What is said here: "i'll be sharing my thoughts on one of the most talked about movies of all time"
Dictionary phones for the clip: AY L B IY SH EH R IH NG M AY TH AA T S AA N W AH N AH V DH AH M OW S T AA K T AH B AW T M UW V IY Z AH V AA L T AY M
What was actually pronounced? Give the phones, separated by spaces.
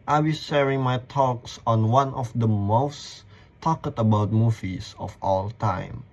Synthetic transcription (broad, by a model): AY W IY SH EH R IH NG M AY T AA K S AA N W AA N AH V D AH M OW S T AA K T AH B AW T M UW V IY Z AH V AA L T AY M